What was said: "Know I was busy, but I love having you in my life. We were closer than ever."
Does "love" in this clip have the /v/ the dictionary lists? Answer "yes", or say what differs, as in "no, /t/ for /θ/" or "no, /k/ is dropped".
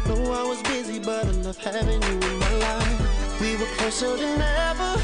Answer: no, /f/ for /v/